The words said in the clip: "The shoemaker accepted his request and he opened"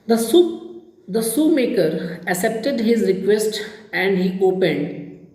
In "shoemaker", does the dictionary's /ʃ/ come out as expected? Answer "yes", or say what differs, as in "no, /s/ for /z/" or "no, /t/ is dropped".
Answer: no, /s/ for /ʃ/